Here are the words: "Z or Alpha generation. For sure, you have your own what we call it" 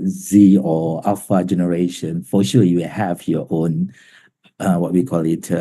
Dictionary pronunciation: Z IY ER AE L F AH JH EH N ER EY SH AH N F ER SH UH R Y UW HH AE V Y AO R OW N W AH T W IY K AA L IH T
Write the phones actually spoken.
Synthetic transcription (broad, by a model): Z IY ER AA F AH JH EH N ER EY SH AH N F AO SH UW L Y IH HH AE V Y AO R OW N W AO T W IY K AA L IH T